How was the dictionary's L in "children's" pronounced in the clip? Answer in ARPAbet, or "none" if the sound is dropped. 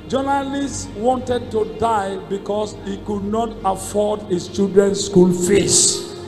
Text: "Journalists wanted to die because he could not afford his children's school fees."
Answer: none